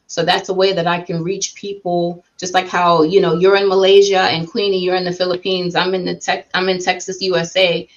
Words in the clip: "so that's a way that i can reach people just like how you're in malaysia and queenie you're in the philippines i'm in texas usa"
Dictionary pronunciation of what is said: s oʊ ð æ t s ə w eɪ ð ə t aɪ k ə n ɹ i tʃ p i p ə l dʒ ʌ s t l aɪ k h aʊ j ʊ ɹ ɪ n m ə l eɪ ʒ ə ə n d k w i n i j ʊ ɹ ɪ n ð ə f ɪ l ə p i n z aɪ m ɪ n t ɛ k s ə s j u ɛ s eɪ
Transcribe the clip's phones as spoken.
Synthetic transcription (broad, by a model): s oʊ ð æ t s ə w eɪ ð ə t aɪ k ə n ɹ i tʃ p i p l dʒ ʌ s t l aɪ k h aʊ j ʊ ɹ ɪ n m ə l eɪ ʒ ə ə n k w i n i j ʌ ɹ ɪ n ð ə f ɪ l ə p i n z aɪ m ɪ n t ɛ k s ə s j u ɛ s eɪ